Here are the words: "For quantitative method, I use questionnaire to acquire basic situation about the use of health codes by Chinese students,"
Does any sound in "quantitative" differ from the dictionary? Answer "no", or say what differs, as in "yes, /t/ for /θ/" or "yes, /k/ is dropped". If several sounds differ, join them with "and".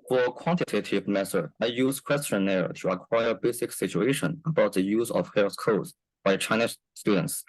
no